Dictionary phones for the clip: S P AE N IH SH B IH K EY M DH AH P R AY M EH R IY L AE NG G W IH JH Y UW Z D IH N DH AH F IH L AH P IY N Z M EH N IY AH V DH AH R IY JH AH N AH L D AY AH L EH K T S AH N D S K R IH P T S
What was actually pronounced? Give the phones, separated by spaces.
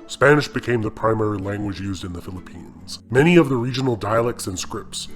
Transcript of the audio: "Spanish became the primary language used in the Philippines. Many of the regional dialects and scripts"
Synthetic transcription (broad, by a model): S P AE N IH SH B IH K EY M DH AH P R AY M EH R IY L AE NG G W IH JH Y UW Z D IH N DH AH F IH L AH P IY N Z M EH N IY AH V DH AH R IY JH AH N L D AY AH L EH K T S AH N S K R IH P T S